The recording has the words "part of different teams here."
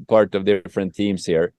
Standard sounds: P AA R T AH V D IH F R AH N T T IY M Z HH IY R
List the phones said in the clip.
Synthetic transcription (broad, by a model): P AA R T AH V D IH F R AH N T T IY M S HH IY R